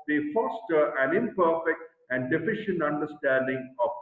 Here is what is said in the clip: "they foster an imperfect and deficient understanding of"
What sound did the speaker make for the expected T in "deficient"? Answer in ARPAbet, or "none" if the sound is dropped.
T